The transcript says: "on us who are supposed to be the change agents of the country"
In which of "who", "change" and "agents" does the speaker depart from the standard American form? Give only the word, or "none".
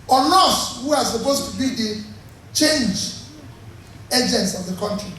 none